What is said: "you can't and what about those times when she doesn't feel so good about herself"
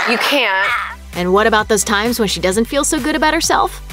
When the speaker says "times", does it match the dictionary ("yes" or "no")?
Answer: yes